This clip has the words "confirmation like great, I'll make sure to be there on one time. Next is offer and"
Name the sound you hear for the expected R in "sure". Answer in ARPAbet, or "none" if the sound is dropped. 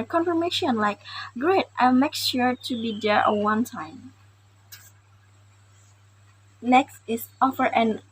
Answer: R